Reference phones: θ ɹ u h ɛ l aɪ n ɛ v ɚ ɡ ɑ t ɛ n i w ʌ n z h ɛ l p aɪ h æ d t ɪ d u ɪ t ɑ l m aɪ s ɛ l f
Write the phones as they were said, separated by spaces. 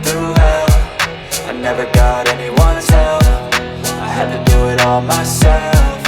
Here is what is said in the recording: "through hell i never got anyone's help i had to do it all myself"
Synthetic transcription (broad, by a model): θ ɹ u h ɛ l aɪ n ɛ v ɚ ɡ ɑ t ɛ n i w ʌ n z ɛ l f aɪ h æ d t ɪ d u ɪ t ɑ l m aɪ s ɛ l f